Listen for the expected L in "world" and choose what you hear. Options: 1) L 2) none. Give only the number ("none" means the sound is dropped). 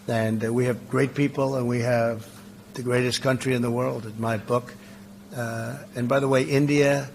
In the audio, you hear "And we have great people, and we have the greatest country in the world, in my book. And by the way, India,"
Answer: 1